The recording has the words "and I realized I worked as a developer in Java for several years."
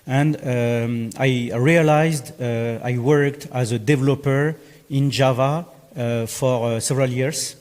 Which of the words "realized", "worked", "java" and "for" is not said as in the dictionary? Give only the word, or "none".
none